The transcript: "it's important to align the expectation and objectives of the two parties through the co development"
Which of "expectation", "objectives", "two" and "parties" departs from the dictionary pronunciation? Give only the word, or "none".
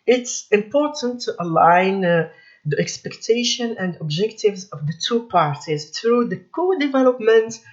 none